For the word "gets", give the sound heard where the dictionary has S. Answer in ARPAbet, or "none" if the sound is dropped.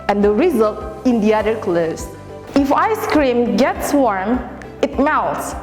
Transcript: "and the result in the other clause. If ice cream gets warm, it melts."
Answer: S